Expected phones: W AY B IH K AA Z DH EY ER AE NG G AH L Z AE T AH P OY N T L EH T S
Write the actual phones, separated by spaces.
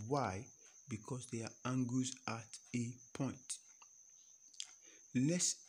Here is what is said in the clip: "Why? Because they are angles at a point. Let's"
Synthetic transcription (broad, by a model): W AY B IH K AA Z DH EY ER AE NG G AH Z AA T AH P OY N T L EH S